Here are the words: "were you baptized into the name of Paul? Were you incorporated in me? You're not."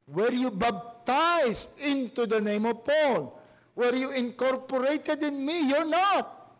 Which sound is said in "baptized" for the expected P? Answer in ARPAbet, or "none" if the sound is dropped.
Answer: B